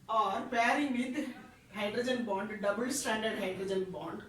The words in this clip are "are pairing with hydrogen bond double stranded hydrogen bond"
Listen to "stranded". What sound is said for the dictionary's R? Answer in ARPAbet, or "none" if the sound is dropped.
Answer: none